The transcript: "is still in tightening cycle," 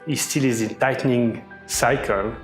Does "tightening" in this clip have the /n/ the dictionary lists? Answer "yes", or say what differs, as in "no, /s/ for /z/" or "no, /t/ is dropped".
yes